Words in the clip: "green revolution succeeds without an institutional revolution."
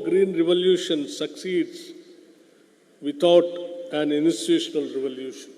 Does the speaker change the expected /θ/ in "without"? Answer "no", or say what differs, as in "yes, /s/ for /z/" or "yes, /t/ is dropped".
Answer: yes, /t/ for /θ/